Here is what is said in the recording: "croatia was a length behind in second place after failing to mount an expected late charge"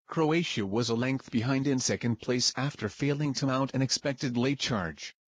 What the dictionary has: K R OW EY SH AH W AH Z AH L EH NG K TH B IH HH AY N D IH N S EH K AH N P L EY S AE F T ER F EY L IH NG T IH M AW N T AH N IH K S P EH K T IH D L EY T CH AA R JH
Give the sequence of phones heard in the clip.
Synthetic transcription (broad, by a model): K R OW EY SH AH W AH Z AH L EH NG K TH B IH HH AY N D IH N S EH K AH N P L EY S AE F T ER F EY L IH NG T IH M AW T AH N IH K S P EH K T IH D L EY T CH AA R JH